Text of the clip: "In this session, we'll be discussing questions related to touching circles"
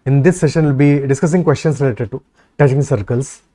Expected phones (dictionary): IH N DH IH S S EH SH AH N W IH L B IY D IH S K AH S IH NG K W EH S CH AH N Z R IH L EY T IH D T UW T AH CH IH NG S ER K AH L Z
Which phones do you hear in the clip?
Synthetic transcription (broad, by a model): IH N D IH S S EH SH AH N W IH L B IY D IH S K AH S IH NG K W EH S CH AH N S R IH L EY T IH D T UW T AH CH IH NG S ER K AH L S